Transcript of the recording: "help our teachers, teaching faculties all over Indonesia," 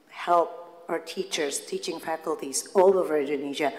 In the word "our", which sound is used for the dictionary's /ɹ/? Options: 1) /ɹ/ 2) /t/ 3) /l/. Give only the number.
1